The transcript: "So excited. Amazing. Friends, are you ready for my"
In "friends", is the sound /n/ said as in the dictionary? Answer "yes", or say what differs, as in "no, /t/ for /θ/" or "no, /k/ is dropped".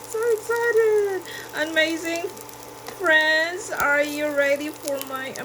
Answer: yes